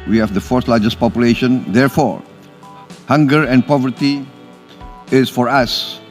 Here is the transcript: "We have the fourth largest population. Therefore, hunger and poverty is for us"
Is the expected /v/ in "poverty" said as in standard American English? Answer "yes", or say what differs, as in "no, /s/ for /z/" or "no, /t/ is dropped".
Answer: yes